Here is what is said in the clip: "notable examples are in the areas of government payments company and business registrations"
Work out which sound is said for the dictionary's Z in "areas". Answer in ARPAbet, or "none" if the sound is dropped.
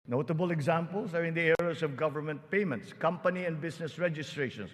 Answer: S